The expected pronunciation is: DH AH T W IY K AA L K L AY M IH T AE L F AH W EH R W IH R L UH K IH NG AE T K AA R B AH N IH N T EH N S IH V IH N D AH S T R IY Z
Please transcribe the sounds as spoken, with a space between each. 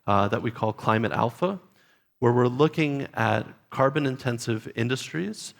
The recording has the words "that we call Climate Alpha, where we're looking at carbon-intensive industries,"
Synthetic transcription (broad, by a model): DH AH T W IY K AA L K L AY M IH T AE L F AH W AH R W IH R L UH K IH NG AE T K AA R B AH N IH N T EH N S IH V IH N D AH S T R IY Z